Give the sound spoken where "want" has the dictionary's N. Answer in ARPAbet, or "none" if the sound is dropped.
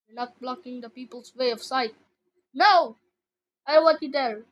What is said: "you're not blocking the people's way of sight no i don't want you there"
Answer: none